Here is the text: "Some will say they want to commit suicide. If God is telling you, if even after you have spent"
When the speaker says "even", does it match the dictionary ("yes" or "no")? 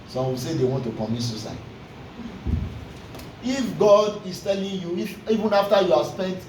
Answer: yes